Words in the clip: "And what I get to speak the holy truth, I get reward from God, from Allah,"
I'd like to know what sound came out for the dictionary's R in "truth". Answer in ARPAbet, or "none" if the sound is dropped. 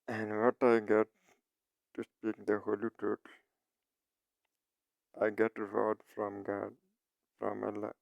none